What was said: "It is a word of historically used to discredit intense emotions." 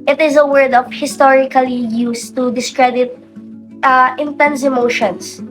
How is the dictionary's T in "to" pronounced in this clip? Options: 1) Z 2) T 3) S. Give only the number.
2